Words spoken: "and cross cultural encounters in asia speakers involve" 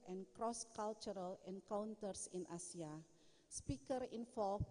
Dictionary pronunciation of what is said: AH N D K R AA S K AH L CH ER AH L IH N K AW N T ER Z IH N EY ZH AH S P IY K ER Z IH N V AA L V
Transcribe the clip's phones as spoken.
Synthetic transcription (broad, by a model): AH N K R AA S K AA L CH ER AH L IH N K AW N T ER S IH N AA S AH S P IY K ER IH N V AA L